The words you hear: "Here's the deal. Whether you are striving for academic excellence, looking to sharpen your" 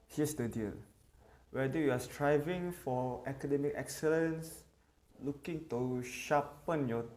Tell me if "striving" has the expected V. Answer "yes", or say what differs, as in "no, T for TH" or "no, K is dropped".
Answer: yes